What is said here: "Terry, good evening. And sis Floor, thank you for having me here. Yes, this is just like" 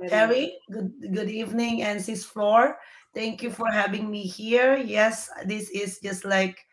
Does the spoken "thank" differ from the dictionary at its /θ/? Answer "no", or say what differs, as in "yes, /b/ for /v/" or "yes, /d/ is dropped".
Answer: yes, /t/ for /θ/